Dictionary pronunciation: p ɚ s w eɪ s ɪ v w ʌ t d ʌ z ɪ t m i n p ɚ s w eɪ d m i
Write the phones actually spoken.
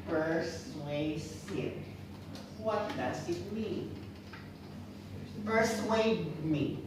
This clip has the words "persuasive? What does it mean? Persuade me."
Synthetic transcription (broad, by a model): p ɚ s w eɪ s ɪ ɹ w ʌ t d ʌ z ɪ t m i n f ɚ s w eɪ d m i